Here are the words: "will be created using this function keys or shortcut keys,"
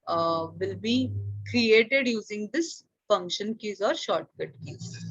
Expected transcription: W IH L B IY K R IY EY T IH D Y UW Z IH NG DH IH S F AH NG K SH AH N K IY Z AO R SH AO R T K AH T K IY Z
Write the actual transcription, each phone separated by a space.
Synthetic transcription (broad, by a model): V IH L B IY K R IY EY T IH D Y UW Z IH NG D IH S F AH NG K SH AH N K IY Z AO R SH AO R T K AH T K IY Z